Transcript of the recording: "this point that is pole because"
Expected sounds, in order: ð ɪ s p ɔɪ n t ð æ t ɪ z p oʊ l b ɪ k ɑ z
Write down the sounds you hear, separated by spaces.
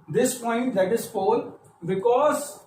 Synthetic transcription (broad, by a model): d ɪ s p ɔɪ n t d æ t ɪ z f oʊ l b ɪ k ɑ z